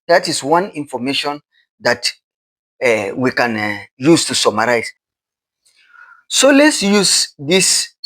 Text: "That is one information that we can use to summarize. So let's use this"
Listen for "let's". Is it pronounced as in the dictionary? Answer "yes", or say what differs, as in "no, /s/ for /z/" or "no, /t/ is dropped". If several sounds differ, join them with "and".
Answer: yes